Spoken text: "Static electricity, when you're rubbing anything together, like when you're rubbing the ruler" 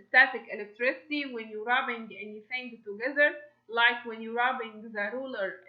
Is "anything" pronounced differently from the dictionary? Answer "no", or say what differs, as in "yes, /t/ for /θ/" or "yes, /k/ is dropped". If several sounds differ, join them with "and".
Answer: yes, /f/ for /θ/